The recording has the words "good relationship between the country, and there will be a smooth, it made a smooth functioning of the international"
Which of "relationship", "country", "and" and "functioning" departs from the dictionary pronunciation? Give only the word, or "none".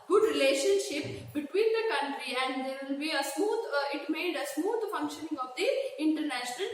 none